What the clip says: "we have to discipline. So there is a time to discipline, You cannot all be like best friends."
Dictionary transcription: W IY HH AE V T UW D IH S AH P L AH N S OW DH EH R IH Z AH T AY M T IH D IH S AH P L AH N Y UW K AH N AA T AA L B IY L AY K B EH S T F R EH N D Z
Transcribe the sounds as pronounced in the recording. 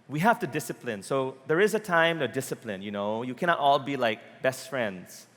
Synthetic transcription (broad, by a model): W IY HH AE F T UW D IH S AH P L AH N S OW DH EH R IH Z AH T AY M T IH D IH S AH P L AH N Y UW K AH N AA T AA L B IY L AY K B EH S T F R EH N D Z